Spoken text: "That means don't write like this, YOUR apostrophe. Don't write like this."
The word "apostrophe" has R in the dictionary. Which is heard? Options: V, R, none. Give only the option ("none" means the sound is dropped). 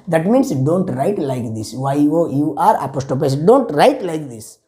none